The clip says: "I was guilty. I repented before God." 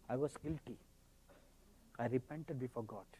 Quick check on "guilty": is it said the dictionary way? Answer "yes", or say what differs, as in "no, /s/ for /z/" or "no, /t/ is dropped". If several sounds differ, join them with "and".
yes